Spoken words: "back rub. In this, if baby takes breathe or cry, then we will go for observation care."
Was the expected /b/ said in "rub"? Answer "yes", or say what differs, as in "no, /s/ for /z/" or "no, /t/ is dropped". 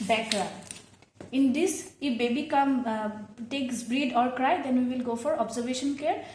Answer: no, /b/ is dropped